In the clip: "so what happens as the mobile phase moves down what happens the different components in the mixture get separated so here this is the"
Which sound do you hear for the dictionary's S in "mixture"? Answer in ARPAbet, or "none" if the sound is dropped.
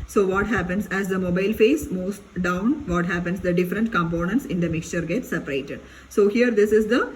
S